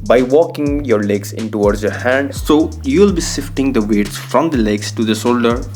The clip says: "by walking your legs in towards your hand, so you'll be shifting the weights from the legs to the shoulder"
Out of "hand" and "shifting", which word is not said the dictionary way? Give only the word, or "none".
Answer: shifting